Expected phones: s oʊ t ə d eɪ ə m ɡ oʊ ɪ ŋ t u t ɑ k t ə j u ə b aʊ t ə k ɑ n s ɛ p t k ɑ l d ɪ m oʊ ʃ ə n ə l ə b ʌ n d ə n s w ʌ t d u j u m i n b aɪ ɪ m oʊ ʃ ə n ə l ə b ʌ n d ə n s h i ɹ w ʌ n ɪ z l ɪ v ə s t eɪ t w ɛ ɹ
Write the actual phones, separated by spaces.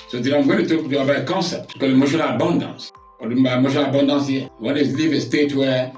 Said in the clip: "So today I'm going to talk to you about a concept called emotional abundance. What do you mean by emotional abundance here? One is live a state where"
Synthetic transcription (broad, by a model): s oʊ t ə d ə m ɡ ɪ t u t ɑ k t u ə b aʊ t ə k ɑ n s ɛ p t k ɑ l ɪ m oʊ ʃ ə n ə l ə b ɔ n d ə n s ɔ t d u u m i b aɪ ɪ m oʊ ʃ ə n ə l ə b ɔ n d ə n s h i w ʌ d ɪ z l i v ə s t eɪ t w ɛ